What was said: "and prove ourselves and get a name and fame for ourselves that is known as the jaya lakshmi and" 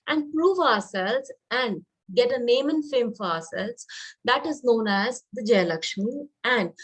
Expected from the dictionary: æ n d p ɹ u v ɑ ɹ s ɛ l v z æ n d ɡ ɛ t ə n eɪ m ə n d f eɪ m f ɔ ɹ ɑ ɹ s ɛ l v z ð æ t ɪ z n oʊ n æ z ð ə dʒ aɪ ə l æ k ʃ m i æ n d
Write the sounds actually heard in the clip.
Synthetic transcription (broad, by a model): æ n d p ɹ u v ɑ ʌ s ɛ l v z æ n d ɡ ɛ t ə n eɪ m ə n f eɪ m f ɔ ɹ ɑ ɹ s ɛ l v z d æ t ɪ z n oʊ n æ z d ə dʒ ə l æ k ʃ i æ n d